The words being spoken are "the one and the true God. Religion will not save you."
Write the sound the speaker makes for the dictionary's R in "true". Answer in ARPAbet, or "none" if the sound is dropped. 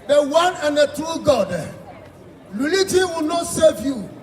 none